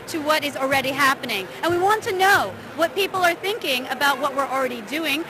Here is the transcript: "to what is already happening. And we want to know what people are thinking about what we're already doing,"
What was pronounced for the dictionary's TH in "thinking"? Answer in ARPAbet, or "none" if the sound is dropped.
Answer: TH